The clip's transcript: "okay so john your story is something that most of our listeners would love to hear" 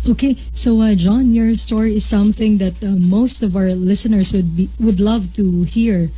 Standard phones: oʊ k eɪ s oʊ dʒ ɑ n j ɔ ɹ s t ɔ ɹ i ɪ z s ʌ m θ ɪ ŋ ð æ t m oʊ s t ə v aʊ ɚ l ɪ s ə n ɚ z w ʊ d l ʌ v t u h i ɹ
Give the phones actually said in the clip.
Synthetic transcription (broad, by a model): oʊ k eɪ s oʊ dʒ ɑ n j ɔ ɹ s t ɔ ɹ i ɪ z s ʌ m θ ɪ ŋ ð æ t m oʊ s t ə v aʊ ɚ l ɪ s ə n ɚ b w ʊ d l ʌ v t u h i ɹ